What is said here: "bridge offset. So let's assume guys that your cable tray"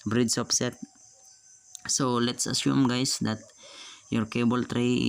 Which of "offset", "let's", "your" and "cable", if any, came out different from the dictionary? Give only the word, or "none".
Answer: offset